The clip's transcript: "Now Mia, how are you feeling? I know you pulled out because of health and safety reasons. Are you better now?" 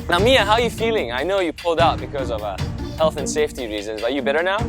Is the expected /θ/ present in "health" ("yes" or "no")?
yes